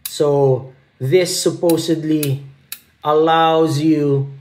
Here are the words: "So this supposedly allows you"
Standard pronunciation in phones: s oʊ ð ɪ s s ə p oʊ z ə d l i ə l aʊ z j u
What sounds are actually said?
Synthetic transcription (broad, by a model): s oʊ ð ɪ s s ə p oʊ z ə d l i ə l aʊ z j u